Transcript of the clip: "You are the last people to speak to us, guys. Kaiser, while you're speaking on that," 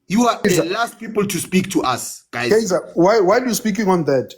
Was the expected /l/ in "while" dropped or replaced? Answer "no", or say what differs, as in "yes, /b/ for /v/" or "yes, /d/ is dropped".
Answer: yes, /w/ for /l/